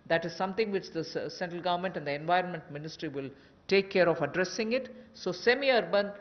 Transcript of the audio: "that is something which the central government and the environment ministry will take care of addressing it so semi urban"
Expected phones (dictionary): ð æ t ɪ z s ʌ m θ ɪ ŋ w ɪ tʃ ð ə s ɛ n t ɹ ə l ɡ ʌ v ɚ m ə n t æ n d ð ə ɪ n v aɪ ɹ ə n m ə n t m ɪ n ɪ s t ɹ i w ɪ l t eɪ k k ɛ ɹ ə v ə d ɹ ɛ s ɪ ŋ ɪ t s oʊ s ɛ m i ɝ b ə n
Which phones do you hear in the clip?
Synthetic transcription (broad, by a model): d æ t ɪ z s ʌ m t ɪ ŋ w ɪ tʃ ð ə s ɛ n t ɹ ə l ɡ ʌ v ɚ m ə n t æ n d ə ɪ n v aɪ ɹ ə n m ə n t m ɪ n ɪ s t ɹ i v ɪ l t eɪ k k ɛ ɹ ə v ə d ɹ ɛ s ɪ ŋ ɪ t s oʊ s ɛ m i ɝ b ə n